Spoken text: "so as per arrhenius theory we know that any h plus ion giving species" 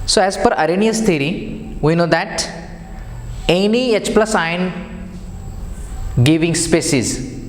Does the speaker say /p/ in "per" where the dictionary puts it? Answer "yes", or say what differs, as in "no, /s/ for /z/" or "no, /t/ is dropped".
no, /f/ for /p/